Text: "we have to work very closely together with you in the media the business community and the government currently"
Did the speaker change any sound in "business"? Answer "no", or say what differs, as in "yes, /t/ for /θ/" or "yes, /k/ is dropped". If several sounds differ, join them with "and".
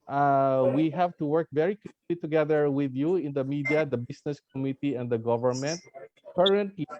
yes, /s/ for /z/